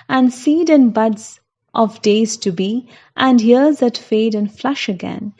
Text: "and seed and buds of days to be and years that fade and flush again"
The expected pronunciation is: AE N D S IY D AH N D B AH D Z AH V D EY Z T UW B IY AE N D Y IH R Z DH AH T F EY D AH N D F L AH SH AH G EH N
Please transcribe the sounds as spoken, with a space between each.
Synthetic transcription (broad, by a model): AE N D S IY D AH N B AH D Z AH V D EY Z T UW B IY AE N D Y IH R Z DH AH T F EY D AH N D F L AH SH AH G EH N